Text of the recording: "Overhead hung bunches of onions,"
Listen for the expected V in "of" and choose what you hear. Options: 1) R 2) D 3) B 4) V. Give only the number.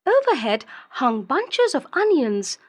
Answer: 4